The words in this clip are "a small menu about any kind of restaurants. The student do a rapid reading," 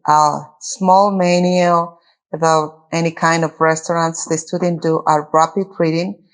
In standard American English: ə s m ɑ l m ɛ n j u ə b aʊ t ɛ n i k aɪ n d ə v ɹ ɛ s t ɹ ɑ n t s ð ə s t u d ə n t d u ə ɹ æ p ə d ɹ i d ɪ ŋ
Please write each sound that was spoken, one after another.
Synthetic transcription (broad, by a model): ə s m ɑ l m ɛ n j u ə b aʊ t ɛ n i k aɪ n d ə v ɹ ɛ s t ɹ ɑ n t s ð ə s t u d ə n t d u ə ɹ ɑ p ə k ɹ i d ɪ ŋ